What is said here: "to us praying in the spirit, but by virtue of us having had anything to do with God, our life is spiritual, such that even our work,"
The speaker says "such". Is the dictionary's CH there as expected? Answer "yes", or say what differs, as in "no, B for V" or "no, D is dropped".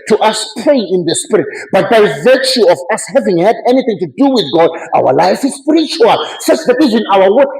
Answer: no, S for CH